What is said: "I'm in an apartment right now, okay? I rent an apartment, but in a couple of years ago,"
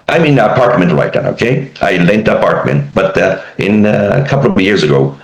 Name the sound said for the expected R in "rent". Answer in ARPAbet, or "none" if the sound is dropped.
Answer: L